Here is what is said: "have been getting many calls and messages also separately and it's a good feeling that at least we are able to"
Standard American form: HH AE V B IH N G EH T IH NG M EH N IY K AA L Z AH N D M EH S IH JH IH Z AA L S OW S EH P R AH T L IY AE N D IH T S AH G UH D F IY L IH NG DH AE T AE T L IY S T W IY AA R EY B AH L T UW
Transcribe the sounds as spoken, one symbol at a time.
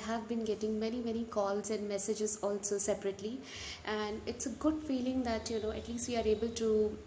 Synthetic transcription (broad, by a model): HH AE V B IH N G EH T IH NG M EH N IY K AA L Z AH N D M EH S IH JH IH Z AA L S OW S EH P R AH T L IY AE N D IH T S AH G UH D F IY L IH NG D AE T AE T L IY S T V IY AA R EY B AH L T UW